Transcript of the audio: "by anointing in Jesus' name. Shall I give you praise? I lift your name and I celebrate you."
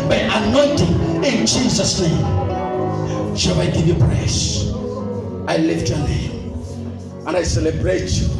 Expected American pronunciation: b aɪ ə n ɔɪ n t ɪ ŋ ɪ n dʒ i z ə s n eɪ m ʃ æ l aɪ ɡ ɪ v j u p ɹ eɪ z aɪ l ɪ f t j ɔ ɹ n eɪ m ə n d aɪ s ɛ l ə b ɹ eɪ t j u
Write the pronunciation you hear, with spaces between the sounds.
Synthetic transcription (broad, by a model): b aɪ ə n ɔɪ n t ɪ ŋ ɪ n dʒ i z ə s n eɪ m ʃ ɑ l aɪ ɡ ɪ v j u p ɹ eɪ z aɪ l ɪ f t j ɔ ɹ n eɪ m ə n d aɪ s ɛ l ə b ɹ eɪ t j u